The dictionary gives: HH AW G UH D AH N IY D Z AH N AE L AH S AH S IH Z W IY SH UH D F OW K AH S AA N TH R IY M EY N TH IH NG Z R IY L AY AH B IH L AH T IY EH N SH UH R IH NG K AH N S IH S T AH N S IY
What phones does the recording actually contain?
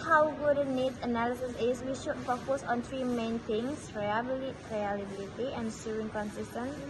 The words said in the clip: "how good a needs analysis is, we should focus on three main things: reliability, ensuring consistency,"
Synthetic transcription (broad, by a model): HH AW G UH D AH N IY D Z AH N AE L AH S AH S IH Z W IY SH UH D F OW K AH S AA N T R IY M EY N T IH NG S R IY L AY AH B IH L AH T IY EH N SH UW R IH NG K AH N S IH S T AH N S